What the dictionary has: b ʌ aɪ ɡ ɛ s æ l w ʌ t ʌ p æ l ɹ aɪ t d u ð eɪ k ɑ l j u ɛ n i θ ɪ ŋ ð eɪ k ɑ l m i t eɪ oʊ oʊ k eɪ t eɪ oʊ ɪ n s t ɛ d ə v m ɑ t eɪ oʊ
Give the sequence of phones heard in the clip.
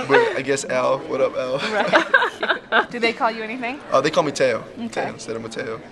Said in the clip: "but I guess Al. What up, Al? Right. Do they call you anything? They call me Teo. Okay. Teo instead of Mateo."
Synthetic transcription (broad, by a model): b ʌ aɪ ɡ ɛ s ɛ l w ʌ t ʌ p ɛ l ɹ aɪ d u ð eɪ k ɑ l j u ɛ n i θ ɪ ŋ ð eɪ k ɑ l m i t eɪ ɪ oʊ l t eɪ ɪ s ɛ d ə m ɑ t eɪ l